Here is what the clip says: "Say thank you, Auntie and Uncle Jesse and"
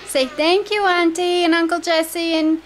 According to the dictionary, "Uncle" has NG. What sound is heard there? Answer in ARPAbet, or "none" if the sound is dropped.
NG